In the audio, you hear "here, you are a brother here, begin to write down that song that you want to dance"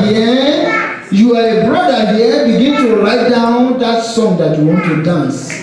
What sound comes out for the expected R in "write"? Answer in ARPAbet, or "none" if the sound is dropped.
L